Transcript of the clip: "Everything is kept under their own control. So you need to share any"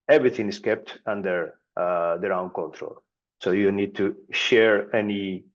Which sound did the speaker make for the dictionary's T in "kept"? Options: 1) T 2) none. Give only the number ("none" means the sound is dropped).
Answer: 1